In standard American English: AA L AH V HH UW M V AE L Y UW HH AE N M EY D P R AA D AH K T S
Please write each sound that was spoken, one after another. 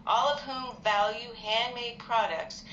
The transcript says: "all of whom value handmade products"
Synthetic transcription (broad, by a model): AA L AH V HH UW M V AE L Y UW HH AE N M EY D P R AA D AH K T S